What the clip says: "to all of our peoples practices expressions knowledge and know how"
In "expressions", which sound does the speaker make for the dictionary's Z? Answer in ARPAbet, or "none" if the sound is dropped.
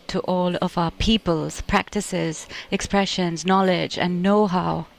Z